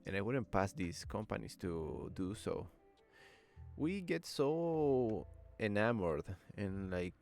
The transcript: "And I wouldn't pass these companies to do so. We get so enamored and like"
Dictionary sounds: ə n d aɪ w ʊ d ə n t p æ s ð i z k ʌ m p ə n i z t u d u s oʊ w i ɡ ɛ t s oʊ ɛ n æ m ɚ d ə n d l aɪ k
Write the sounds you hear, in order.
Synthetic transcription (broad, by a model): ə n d aɪ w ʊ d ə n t p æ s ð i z k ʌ m p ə n i s t u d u s oʊ w i ɡ ɛ t s oʊ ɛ n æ m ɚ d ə n l aɪ k